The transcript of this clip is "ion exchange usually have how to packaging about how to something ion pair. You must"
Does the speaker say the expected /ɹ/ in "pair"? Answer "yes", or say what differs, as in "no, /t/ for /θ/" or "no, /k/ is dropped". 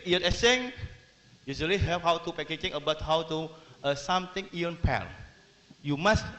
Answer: no, /l/ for /ɹ/